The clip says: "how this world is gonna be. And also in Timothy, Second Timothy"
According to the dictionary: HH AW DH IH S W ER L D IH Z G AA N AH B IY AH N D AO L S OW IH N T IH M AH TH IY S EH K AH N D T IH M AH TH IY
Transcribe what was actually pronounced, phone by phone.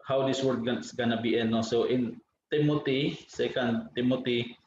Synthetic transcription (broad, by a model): HH AW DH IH S W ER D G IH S G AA N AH B IY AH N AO S OW IH N T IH M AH T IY S EH K AH N D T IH M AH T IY